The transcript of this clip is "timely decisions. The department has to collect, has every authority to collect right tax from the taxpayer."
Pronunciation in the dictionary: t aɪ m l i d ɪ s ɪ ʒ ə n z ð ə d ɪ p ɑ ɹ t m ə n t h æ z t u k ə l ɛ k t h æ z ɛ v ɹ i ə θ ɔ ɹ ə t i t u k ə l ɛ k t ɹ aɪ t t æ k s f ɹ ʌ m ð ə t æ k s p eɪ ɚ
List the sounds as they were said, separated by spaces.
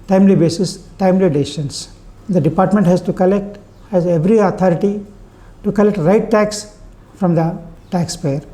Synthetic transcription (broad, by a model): t aɪ m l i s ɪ s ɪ ʃ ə n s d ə d ɪ p ɑ ɹ t m ə n t h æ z t u k ə l ɛ k t h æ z ɛ v ɹ i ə t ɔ ɹ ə t i t u k ə l ɛ k t ɹ aɪ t t æ k s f ɹ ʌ m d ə t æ k s p eɪ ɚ